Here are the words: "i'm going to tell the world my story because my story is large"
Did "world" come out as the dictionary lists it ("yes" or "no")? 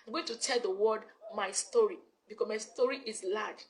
no